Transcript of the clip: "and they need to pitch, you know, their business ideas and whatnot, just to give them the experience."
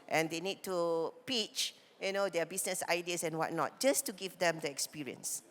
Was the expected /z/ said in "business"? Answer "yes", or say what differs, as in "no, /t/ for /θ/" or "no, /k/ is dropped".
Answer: no, /s/ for /z/